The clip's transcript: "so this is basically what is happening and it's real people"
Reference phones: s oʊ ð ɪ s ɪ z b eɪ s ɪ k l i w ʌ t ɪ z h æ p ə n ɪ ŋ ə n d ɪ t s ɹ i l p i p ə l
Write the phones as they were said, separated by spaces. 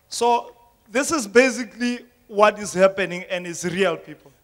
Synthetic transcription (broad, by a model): s oʊ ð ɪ s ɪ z b eɪ s ɪ k l i w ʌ t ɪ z h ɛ p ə n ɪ ŋ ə n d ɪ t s ɹ i l p i p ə l